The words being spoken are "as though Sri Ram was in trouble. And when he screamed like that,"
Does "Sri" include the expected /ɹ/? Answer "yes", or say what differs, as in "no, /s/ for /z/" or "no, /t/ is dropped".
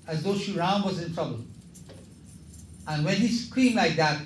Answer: no, /ɹ/ is dropped